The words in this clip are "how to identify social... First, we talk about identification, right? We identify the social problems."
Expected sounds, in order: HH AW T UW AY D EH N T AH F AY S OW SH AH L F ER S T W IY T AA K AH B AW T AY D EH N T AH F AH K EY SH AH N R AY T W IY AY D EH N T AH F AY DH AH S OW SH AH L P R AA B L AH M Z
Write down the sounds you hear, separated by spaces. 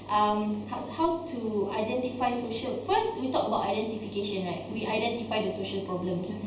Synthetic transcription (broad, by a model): HH AW T UW AY D EH N T AH F AY S OW SH AH L F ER S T W IY T AA K AH B AW T AY D EH N T AH F AH K EY SH AH N R AY T W IY AY D EH N T AH F AY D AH S OW SH AH L P R AA B L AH M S